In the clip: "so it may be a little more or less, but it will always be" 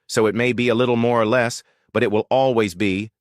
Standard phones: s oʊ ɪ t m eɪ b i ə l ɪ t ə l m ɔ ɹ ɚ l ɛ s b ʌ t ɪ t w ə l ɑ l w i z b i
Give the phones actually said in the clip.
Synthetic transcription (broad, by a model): s oʊ ɪ t m eɪ b i ə l ɪ t l m ɔ ɹ ɚ l ɛ s b ʌ t ɪ t w ə l ɑ l w i z b i